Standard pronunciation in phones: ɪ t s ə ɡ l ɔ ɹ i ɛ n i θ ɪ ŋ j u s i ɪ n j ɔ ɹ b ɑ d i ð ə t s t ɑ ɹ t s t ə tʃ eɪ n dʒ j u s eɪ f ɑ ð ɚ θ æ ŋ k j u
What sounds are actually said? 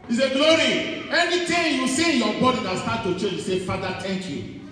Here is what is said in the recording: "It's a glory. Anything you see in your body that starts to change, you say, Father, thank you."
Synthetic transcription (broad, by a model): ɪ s ə ɡ l ɔ ɹ i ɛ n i t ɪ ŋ j u s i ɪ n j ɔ b ɑ d i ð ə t s t ɑ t t ə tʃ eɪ dʒ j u s eɪ f ɑ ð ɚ t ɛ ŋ k j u